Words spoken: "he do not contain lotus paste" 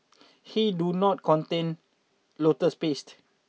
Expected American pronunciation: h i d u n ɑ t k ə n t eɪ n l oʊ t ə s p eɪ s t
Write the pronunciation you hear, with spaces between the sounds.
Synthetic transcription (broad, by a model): h i d u n ɑ t k ə n t eɪ n l oʊ t ə s p eɪ s t